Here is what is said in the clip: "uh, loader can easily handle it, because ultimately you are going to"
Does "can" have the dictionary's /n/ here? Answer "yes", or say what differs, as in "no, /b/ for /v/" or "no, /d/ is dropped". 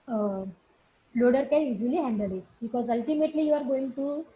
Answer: no, /l/ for /n/